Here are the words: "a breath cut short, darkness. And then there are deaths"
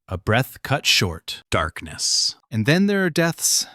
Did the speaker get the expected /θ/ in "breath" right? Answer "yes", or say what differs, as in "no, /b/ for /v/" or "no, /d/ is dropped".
yes